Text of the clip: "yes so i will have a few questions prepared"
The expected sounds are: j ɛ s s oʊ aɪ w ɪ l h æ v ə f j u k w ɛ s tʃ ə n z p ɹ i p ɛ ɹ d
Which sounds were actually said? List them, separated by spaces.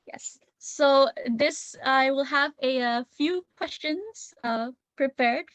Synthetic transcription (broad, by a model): j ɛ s s oʊ aɪ w ɪ l h æ v ə f j u k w ɛ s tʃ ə n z p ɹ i p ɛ ɹ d